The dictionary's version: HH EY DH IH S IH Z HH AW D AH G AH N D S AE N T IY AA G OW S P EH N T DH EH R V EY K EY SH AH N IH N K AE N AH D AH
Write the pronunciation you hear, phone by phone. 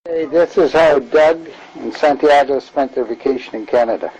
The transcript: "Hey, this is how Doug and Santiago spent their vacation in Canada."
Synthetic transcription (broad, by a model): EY DH IH S IH Z HH AW D AH G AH N S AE N T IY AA G OW S P EH N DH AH R V EY K EY SH AH N IH N K AE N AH D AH